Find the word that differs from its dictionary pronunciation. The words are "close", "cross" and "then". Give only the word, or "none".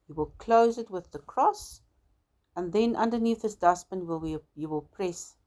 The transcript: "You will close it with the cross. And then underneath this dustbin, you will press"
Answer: none